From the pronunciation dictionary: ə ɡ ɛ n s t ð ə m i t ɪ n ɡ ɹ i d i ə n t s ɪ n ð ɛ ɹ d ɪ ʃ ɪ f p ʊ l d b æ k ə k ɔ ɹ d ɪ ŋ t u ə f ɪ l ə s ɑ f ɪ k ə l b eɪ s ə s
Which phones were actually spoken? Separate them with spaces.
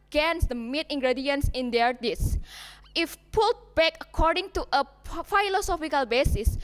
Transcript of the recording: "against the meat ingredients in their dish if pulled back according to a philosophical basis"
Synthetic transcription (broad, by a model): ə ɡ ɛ n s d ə m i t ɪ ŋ ɡ ɹ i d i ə n s ɪ n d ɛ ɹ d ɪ s ɪ f p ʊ l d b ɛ k ə k ɔ ɹ d ɪ ŋ t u ə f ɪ l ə s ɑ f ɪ k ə l b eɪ s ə s